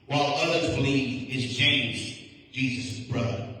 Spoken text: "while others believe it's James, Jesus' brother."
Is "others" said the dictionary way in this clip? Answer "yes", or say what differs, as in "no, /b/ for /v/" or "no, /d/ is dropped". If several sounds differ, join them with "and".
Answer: yes